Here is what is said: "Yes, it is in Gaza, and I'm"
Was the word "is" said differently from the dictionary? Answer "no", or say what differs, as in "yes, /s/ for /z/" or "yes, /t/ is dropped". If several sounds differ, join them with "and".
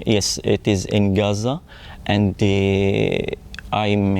no